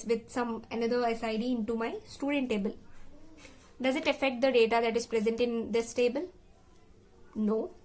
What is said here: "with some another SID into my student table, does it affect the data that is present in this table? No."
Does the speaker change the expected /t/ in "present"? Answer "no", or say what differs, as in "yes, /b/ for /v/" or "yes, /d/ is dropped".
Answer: no